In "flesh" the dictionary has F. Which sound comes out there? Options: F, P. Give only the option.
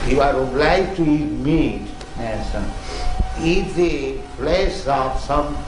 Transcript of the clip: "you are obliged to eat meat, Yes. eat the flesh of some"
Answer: P